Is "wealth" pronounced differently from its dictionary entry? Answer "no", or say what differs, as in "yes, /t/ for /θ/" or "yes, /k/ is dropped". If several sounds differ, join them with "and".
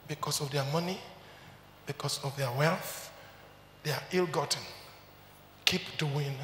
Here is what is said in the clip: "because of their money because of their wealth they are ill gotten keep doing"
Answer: no